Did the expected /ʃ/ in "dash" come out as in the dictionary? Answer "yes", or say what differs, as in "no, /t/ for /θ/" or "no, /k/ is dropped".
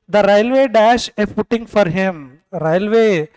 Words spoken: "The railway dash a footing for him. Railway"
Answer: yes